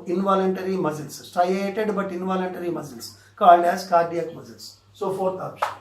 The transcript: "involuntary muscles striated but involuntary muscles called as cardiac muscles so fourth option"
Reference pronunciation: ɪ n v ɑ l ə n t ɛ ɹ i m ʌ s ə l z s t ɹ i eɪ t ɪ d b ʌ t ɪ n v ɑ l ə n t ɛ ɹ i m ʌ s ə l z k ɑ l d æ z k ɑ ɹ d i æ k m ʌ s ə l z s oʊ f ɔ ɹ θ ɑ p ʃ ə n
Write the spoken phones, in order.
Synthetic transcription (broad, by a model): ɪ n v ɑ l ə n t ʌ ɹ i m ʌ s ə l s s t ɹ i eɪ t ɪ d b ʌ t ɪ n v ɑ l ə n t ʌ ɹ i m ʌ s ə l s k ɑ l d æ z k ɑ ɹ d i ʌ k m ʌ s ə l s s oʊ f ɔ ɹ t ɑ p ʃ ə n